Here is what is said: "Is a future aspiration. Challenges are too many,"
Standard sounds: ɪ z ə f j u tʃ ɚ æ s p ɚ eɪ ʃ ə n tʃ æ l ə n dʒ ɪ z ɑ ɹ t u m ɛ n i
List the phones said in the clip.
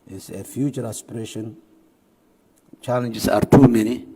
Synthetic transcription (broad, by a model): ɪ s ə f j u tʃ ɚ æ s p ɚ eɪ ʃ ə n tʃ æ l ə n dʒ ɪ s ɑ ɹ t u m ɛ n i